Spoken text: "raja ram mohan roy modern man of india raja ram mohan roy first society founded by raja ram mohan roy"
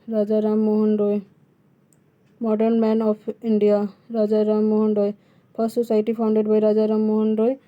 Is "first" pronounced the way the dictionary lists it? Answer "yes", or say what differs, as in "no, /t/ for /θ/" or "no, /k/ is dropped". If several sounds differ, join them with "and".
no, /p/ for /f/